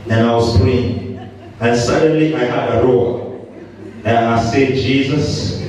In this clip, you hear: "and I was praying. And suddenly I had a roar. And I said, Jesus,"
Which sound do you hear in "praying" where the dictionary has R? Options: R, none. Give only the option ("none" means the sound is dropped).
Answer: none